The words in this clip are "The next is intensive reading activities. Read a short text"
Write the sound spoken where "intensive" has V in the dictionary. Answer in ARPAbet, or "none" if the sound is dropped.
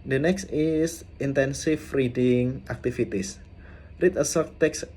F